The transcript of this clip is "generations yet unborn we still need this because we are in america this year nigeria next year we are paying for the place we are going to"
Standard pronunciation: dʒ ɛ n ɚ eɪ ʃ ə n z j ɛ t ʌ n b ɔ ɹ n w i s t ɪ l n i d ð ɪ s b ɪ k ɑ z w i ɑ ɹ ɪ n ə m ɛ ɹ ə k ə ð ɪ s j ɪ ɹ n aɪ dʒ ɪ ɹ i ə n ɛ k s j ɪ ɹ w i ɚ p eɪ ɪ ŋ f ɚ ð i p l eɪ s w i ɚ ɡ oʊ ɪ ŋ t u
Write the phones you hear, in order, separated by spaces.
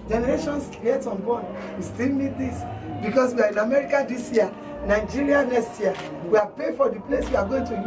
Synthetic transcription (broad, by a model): dʒ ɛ n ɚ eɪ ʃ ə n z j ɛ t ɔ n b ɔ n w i s t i l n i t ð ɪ s b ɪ k ɑ s w i ɑ ɹ ɪ n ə m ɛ ɹ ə k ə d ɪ s j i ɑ n aɪ dʒ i ɹ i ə n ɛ s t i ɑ w i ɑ p eɪ f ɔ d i p l eɪ s w i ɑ ɡ oʊ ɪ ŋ t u